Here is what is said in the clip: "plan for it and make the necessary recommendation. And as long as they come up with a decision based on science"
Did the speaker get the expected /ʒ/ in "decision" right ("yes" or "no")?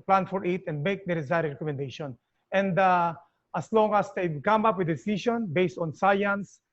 no